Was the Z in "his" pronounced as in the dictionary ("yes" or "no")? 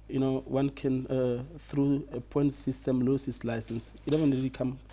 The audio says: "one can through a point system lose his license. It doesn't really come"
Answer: no